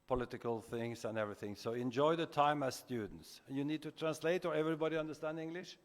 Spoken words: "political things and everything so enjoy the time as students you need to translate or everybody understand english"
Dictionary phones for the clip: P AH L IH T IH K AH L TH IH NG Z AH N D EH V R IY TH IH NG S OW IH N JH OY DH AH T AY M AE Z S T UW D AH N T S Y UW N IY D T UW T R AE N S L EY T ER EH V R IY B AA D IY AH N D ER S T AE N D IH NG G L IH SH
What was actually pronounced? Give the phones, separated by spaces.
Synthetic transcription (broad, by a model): P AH L IH T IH K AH L TH IH NG S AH N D EH V R IY TH IH NG S OW IH N JH OY DH AH T AY M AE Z S T UW D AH N T S Y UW N IY D T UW T R AE N S L EY T ER EH V R IY B AA D IY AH N D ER S T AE N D IH NG G L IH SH